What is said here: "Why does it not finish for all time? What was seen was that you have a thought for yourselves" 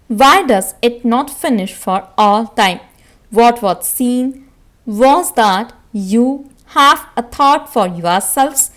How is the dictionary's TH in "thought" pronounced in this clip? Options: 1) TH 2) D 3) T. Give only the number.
3